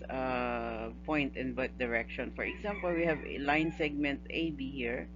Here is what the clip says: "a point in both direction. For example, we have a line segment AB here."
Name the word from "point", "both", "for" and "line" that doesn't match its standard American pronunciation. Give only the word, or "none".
both